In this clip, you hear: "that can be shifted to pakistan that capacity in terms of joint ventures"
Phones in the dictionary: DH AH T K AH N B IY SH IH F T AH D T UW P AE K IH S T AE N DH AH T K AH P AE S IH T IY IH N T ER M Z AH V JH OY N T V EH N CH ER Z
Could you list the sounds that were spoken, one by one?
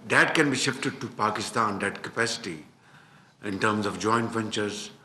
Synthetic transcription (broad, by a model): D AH T K AH N B IY SH IH F T AH D T UW P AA K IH S T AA N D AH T K AH P AE S IH T IY IH N T ER M Z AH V JH OY N T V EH N CH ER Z